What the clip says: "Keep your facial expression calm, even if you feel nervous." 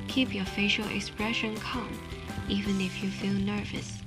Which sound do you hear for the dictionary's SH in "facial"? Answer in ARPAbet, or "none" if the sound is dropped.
SH